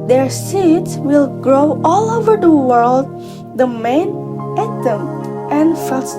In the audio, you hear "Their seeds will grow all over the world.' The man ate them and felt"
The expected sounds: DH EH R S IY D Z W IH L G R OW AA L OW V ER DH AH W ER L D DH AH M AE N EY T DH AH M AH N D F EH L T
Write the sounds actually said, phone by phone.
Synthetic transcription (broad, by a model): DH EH R S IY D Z W IH L G R OW AA L OW V ER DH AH W ER L D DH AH M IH N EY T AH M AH N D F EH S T